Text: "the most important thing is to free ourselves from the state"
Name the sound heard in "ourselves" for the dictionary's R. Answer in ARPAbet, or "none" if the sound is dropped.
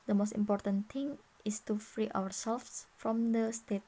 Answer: W